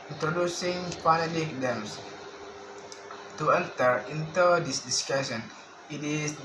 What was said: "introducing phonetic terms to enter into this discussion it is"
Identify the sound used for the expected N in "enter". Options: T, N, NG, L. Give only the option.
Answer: L